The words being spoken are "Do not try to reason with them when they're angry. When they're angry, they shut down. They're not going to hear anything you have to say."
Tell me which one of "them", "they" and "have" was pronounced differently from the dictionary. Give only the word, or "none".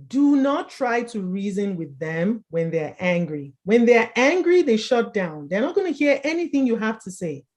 have